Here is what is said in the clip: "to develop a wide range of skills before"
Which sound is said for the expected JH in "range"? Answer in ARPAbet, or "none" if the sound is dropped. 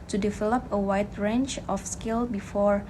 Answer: CH